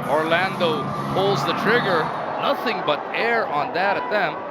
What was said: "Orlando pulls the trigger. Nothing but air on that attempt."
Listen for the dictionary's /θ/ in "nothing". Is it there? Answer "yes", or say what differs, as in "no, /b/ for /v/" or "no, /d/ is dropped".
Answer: yes